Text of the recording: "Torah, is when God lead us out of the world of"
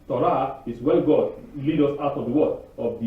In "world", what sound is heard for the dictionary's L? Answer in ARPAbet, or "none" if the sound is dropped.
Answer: none